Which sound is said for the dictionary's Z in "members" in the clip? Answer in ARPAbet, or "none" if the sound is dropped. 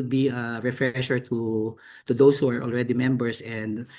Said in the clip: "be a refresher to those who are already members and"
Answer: S